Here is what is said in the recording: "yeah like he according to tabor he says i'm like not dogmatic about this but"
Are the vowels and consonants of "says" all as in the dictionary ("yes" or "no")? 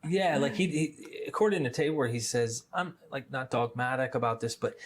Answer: yes